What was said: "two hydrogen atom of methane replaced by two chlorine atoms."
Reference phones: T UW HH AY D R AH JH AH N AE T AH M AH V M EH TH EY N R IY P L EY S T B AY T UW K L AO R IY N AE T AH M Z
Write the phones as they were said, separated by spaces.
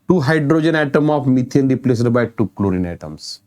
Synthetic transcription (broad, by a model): T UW HH AY D R AH JH AH N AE T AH M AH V M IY T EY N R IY P L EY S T B AY T UW K L AO R IY N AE T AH M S